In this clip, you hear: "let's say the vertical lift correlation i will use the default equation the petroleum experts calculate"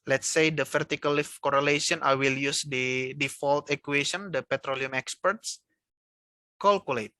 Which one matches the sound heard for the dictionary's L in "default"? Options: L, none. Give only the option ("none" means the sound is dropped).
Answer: L